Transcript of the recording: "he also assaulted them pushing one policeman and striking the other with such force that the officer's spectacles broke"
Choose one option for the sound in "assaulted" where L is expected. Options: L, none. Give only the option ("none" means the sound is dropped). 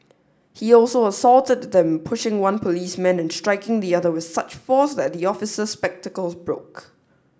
L